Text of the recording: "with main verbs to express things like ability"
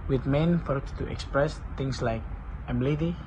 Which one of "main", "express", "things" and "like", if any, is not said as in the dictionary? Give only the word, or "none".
things